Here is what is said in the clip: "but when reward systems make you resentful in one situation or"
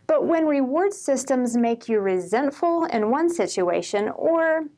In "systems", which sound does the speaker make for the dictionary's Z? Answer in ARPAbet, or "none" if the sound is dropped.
Z